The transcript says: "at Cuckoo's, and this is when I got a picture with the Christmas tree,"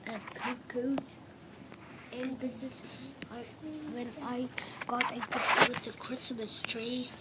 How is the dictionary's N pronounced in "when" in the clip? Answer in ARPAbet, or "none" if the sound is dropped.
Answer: N